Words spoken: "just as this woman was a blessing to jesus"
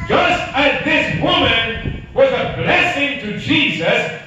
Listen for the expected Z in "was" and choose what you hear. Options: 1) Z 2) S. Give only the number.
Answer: 1